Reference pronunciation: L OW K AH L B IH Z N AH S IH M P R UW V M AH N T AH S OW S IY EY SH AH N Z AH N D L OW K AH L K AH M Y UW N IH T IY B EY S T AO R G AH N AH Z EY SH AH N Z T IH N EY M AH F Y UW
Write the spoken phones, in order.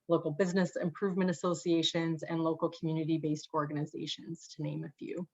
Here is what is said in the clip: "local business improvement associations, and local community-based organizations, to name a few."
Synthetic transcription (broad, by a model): L OW K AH L B IH Z N AH S IH M P R UW V M AH N T AH S OW S IY EY SH AH N Z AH N L OW K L K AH M Y UW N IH T IY B EY S T AO R G AH N AH Z EY SH AH N Z T IH N EY M AH F Y UW